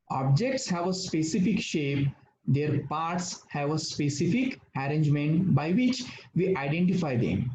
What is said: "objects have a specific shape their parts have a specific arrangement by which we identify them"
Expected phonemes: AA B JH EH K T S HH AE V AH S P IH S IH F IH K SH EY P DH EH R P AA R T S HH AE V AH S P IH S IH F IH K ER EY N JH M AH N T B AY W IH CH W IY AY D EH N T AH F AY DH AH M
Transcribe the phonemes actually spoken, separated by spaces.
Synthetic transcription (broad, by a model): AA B JH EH K T S HH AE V AH S P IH S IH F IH K SH EY P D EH R P AA R T S HH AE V AH S P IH S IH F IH K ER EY N JH M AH N T B AY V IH CH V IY AY D EH N T AH F AY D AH M